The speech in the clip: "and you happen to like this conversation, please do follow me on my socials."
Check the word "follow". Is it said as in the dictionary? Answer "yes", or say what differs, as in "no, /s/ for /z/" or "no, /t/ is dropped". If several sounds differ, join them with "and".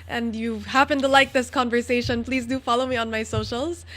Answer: yes